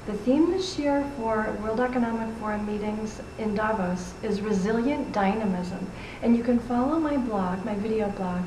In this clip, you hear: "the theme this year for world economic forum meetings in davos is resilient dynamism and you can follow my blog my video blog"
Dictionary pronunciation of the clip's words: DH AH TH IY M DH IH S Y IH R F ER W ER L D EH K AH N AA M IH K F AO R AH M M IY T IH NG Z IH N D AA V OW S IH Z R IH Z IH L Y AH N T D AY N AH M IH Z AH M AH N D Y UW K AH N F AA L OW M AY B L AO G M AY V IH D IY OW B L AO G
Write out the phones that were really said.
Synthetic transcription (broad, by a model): DH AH TH IY M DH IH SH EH R F ER W ER L D EH K AH N AA M IH K F AO R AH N M IY T IH NG Z IH N D AA V OW S IH Z R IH Z IH L Y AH N D AY N AH M IH Z AH M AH N Y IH K AH N F AA L OW M AY B L AO G M AY V IH D IY OW B L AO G